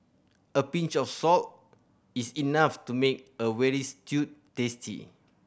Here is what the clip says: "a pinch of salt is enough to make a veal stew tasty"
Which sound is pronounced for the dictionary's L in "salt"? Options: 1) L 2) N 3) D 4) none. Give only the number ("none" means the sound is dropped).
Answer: 1